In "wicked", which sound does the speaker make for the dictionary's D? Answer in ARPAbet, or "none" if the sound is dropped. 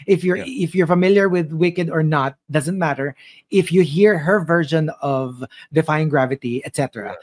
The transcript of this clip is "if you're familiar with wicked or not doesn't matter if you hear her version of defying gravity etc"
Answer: D